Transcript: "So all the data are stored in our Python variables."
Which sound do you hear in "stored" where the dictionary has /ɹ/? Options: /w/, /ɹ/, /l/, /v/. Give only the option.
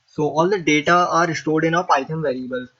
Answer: /ɹ/